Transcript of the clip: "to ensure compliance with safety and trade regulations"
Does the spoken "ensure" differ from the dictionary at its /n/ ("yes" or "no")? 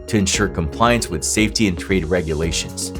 no